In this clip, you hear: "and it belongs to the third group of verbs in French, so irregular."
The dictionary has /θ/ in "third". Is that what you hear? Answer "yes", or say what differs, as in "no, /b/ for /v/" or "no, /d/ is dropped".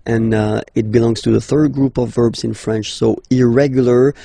yes